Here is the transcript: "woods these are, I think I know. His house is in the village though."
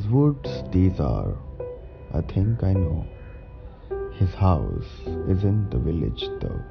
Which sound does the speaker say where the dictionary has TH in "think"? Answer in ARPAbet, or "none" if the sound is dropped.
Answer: T